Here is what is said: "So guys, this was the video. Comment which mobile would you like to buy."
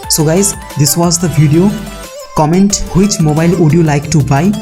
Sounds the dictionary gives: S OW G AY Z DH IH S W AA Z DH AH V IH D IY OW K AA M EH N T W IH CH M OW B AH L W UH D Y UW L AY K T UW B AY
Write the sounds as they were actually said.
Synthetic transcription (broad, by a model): S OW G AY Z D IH S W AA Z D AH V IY D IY OW K AA M EH N T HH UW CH M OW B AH L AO D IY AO L AY K T UW B AY